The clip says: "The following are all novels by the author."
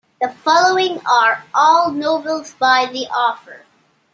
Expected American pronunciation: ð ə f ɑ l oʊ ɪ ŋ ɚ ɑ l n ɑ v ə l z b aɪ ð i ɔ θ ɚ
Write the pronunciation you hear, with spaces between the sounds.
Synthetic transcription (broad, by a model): ð ə f ɑ l oʊ ɪ ŋ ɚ ɑ l n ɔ ə l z b aɪ ð i ɔ f ɚ